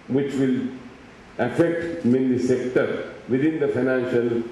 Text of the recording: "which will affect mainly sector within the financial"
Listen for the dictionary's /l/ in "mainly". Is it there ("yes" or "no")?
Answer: no